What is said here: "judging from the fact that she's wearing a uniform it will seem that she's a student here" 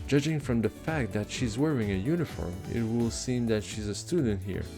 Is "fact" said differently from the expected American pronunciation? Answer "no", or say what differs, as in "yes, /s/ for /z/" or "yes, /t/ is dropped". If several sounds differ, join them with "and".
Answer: no